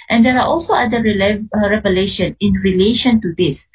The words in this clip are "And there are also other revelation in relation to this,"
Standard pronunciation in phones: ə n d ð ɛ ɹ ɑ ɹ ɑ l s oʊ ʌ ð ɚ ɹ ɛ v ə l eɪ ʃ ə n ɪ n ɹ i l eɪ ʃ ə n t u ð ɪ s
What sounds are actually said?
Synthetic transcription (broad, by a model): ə n d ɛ ɹ ɑ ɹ ɑ l s oʊ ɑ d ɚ ɹ ɛ v ə l eɪ ʃ ə n ɪ n ɹ i l eɪ ʃ ə n t u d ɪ s